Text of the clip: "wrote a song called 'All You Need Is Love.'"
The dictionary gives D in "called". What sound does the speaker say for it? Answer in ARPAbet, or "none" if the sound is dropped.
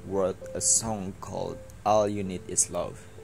D